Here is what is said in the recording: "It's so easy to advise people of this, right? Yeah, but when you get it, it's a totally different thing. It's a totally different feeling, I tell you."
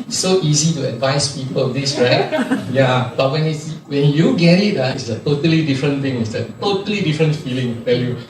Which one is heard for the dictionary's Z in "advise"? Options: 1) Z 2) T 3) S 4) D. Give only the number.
3